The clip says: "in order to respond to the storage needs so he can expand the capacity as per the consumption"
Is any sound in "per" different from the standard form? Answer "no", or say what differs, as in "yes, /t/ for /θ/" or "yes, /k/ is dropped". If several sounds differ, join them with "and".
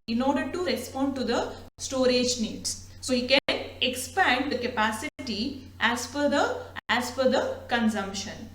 yes, /f/ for /p/